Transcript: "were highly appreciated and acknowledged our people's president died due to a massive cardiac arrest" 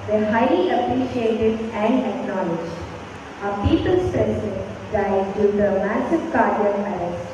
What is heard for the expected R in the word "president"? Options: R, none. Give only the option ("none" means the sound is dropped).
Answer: none